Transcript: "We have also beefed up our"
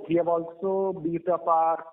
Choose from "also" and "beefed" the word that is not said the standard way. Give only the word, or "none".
beefed